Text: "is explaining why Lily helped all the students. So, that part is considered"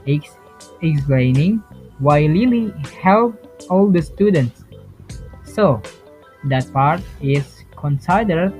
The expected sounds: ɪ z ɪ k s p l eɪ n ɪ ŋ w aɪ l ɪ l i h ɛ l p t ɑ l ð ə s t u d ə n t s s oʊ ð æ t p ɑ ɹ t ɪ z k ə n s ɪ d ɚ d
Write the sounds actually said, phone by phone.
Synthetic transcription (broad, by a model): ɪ ɪ k s p l eɪ n ɪ ŋ w aɪ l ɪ l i h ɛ l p ɑ l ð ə s t u d ə n t s s oʊ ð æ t p ɑ ɹ t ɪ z k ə n s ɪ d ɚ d